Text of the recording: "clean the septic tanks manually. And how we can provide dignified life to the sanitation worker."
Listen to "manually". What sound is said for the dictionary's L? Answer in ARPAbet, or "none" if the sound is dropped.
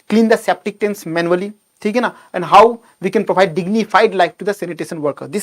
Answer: N